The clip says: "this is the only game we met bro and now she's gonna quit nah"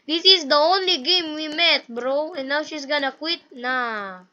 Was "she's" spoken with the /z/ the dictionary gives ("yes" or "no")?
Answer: no